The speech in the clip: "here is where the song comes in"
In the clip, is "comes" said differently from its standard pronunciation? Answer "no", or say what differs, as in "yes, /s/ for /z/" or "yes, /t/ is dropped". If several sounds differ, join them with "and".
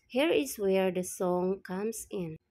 yes, /s/ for /z/